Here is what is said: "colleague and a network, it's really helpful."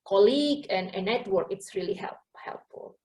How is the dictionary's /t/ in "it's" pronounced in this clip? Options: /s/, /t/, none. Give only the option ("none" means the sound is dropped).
/t/